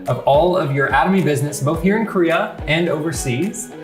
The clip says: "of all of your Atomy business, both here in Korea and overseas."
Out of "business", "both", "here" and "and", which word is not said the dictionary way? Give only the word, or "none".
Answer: none